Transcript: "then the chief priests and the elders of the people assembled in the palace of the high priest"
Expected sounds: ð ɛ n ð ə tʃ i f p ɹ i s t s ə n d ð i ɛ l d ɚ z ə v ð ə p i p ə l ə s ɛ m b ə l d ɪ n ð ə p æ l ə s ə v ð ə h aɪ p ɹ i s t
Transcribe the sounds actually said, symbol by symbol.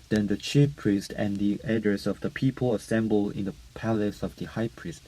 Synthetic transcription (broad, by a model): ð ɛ n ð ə tʃ i f p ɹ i s t ə n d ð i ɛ d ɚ s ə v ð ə p i p ə l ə s ɛ m b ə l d ɪ n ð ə p æ l ə s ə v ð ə h aɪ p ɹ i s t